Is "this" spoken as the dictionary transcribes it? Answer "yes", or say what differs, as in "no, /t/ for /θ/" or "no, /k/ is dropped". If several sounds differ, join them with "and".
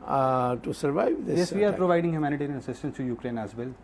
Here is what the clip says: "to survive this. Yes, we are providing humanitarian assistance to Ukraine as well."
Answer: no, /s/ is dropped